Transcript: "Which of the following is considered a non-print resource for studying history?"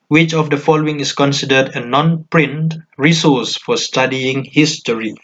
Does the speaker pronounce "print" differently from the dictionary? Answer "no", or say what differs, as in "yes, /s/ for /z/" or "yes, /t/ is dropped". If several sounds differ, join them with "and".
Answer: no